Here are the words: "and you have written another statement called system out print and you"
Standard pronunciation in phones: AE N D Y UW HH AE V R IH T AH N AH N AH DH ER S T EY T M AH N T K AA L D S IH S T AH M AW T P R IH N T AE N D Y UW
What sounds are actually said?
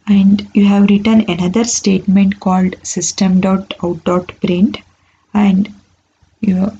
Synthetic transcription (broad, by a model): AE N D Y UW HH AE V R IH T AH N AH N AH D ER S T EY T M AH N T K AA L D S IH S T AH M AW T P R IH N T AE N D Y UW